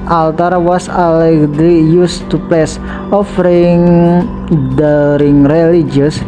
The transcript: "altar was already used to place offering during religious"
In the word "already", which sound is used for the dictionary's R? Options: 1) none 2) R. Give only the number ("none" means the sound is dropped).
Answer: 1